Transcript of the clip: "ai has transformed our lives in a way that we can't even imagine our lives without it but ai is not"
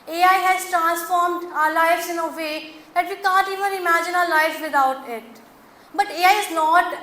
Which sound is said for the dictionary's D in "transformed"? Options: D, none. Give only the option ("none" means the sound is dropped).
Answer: D